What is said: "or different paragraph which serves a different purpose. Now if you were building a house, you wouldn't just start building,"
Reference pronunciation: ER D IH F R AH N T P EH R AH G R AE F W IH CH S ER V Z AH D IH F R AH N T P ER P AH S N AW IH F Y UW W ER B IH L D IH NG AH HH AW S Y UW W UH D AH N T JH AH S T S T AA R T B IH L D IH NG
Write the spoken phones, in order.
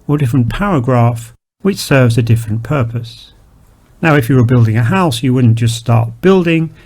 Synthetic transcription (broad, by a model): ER D IH F R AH N P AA R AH G R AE F W IH CH S ER V Z AH D IH F R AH N P ER P AH S N AW IH F Y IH W ER B IH L D IH NG AH HH AW S Y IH W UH D N JH AH S T S T AA R T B IH L D IH NG